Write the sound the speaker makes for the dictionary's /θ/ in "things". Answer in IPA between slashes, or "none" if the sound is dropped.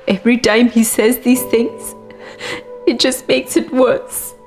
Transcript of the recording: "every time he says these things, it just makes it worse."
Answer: /θ/